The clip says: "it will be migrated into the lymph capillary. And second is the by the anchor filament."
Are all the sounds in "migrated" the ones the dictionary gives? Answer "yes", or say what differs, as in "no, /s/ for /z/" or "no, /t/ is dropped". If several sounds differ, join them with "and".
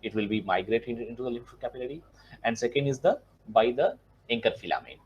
no, /d/ is dropped